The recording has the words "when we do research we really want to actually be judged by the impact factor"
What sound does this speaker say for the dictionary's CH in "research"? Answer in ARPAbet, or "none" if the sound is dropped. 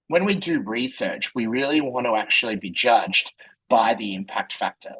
CH